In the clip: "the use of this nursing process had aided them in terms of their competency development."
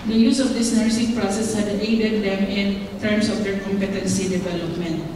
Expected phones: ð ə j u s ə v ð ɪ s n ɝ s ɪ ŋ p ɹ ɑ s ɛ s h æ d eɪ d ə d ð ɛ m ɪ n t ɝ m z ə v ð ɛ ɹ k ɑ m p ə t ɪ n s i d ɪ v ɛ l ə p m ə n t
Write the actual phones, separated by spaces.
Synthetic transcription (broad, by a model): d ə j u s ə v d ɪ s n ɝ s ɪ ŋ p ɹ ɑ s ɛ s h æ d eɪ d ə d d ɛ m ɪ n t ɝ m s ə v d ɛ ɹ k ɑ m p ə t ɪ n s i d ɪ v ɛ l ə p m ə n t